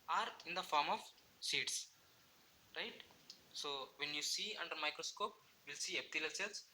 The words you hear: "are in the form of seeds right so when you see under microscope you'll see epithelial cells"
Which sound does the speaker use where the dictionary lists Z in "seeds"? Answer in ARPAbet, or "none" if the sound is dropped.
S